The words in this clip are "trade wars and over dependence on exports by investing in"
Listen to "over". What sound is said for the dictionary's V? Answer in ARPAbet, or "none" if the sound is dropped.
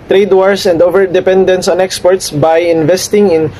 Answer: V